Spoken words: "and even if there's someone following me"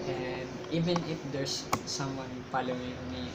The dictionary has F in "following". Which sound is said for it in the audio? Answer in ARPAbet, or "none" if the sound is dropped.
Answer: P